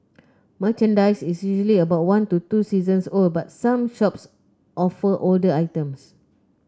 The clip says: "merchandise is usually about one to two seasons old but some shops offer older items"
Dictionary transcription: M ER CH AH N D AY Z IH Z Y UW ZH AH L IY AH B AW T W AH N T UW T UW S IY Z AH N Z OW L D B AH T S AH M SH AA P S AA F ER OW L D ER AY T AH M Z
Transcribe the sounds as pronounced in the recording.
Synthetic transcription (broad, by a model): M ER CH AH N D AY S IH S Y UW ZH AH L IY AH B AW T W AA N T UW T UW S IY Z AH N S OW L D B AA T S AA M SH AA P S AA F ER OW L D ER AY T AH M S